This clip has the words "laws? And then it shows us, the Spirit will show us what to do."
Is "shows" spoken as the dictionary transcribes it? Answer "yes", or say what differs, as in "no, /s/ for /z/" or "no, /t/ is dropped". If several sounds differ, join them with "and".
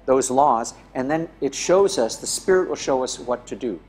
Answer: yes